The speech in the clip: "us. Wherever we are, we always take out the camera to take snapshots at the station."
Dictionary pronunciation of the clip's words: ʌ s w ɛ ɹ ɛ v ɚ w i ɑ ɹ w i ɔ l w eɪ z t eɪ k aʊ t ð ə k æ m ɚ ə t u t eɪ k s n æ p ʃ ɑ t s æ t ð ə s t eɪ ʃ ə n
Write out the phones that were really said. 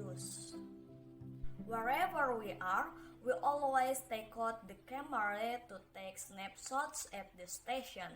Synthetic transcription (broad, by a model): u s w ɛ ɹ ɛ v ɚ w i ɑ ɹ w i ɔ l w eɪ s t eɪ k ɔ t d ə k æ m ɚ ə t u t eɪ k s n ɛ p s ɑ t s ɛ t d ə s t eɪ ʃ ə n